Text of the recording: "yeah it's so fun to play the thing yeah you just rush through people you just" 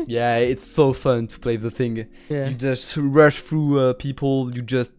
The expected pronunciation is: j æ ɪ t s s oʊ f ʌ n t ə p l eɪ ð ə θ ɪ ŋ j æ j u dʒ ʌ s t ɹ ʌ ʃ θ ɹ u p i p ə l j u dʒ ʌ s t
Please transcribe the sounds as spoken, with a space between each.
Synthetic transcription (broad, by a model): j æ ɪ t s s oʊ f ʌ n t ə p l eɪ ð ə θ ɪ ŋ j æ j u dʒ ʌ s t ɹ ʌ ʃ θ ɹ u p i p l j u dʒ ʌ s t